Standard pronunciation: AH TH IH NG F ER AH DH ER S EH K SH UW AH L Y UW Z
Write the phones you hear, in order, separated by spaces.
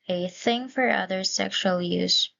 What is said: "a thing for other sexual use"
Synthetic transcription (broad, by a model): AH TH IH NG F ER AH DH ER S EH K SH UW AH L Y UW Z